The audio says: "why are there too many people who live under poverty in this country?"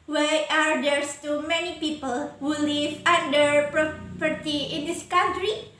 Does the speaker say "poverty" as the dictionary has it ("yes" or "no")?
no